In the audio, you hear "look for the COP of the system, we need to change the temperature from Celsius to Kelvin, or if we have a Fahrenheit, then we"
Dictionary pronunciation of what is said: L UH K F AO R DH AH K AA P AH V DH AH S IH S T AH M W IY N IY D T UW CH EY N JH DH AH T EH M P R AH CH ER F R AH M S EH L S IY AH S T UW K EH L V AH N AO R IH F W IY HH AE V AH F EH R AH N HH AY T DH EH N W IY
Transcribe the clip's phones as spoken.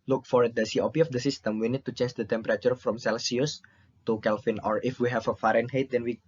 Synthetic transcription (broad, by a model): L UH K F AO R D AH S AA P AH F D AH S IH S T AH M W IY N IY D T UW CH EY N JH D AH T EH M P R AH CH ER F R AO M S EH L S IY AH S T UW K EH L F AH N AO R IH F W IY HH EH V AH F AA R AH N HH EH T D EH N W IY